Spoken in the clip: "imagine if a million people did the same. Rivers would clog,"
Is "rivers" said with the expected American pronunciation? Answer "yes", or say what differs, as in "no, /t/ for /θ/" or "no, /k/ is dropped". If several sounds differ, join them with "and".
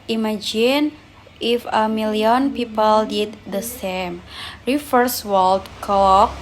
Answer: no, /f/ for /v/ and /s/ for /z/